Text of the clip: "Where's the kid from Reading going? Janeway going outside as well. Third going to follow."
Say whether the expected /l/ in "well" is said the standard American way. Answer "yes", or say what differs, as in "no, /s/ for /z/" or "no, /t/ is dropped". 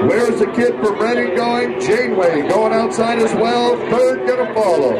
yes